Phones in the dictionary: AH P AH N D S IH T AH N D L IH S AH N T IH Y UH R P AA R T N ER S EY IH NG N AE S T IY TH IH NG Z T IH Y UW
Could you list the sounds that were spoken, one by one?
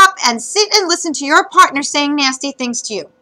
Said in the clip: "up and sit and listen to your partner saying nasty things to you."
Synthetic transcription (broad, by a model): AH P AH N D S IH T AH N L IH S AH N T IH Y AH R P AA R T N ER S EY IH NG N AE S T IY TH IH NG Z T IH Y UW